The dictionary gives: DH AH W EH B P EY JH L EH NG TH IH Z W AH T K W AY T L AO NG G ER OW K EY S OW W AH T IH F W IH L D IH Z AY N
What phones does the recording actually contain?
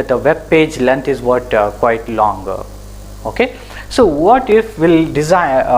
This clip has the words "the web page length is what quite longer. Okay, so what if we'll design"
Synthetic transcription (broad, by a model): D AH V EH B P EY JH L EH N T IH Z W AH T K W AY T L AO NG G OW K EY S OW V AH T IH F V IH L D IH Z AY